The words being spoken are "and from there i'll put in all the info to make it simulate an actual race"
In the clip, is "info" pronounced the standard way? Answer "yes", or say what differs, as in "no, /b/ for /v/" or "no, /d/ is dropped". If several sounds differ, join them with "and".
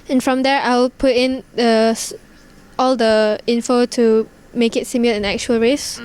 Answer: yes